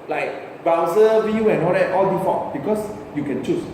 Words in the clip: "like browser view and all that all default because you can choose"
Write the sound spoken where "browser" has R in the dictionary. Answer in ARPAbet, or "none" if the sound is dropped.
none